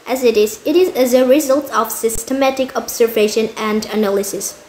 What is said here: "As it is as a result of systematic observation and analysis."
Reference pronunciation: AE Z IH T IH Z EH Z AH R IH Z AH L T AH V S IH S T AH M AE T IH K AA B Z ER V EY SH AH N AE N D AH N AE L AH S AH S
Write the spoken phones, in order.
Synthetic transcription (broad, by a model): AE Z IH T IH Z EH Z AH R IH Z AH L T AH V S IH S T AH M AE T IH K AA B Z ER V EY SH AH N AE N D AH N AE L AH S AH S